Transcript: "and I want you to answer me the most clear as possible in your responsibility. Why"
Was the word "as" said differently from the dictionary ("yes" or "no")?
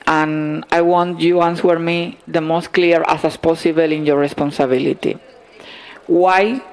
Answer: yes